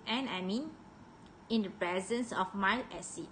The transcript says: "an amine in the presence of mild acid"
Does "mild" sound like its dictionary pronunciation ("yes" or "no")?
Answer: no